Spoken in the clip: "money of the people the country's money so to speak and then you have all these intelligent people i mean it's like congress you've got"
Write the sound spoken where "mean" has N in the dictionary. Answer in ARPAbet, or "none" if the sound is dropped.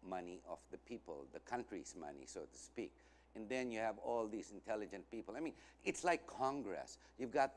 N